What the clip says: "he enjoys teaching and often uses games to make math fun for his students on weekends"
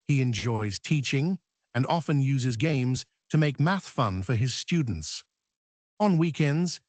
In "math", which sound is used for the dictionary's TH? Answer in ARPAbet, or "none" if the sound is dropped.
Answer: TH